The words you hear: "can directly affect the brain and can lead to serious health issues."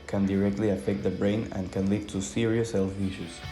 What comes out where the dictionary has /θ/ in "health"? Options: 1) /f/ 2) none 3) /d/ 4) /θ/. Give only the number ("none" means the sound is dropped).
1